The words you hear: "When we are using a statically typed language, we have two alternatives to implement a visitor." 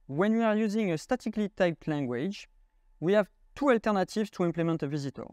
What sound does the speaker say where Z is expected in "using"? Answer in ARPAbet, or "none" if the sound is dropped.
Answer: Z